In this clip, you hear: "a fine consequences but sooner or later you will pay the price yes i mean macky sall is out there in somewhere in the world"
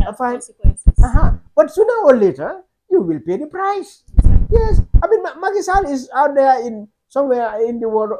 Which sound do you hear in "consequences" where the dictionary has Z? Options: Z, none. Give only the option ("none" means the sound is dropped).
none